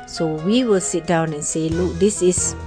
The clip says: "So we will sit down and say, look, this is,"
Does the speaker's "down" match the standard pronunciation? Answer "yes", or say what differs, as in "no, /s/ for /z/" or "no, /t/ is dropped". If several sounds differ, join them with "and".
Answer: yes